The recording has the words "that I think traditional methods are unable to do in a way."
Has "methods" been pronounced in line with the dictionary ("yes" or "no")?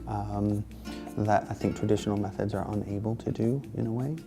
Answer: yes